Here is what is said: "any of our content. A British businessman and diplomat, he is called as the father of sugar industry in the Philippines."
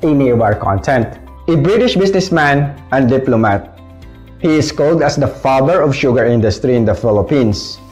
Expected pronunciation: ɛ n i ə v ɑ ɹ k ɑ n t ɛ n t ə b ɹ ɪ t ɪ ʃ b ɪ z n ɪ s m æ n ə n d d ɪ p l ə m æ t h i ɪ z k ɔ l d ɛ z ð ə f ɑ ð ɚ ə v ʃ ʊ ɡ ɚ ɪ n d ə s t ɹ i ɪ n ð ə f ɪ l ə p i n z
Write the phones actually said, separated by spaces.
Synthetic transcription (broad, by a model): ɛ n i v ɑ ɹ k ɑ n t ɛ n t ə b ɹ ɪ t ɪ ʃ b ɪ s n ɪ s m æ n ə n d d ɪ p l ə m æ t h i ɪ s k ɔ l d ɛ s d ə f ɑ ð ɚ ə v ʃ ʊ ɡ ɚ ɪ n d ə s t ɹ i ɪ n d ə f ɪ l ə p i n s